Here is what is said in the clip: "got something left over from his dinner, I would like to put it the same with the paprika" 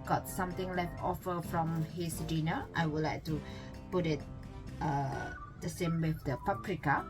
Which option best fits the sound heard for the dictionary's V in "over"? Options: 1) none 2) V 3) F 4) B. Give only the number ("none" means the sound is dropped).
3